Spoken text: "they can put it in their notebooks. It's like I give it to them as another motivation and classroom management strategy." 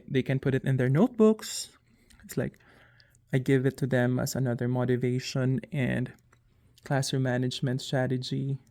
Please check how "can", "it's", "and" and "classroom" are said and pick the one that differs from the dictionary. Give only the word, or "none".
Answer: classroom